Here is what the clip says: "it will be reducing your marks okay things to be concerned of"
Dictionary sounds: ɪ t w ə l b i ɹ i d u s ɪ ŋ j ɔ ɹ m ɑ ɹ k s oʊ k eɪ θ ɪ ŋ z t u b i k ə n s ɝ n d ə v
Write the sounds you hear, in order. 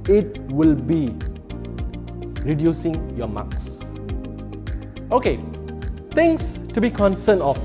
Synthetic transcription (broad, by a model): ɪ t w ə l b i ɹ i d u s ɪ ŋ j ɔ m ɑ k s oʊ k eɪ t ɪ ŋ s t u b i k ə n s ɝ n ə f